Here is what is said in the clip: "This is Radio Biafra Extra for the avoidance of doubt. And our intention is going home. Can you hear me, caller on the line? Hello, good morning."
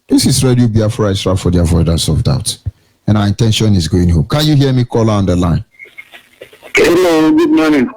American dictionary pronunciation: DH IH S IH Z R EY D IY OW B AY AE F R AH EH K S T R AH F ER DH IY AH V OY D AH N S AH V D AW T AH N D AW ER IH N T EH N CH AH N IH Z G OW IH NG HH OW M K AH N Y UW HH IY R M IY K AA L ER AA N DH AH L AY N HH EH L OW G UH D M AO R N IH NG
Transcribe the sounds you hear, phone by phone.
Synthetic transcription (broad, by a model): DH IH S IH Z R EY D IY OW B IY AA F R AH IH S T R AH F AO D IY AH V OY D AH S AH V D AW T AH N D AW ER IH N T EH N SH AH N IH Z G OW IH NG HH OW M K AH N Y UW HH IY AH M IY K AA L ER AA N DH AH L AY N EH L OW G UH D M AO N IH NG